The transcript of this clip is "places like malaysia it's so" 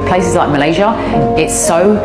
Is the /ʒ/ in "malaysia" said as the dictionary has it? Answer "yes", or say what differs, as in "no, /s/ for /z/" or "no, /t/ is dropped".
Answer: yes